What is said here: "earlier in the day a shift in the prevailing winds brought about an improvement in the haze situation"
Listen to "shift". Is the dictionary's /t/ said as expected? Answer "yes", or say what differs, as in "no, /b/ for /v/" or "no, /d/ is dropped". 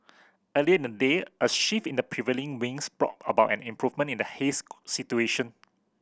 no, /t/ is dropped